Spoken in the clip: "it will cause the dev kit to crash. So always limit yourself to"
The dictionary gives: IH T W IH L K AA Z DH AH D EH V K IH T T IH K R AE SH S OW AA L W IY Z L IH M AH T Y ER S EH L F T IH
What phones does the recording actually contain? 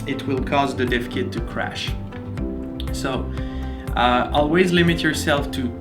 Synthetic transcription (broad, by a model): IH T W IH L K AA Z DH AH D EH F K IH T T IH K R AE SH S OW AA L W IY Z L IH M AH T Y ER S EH L F T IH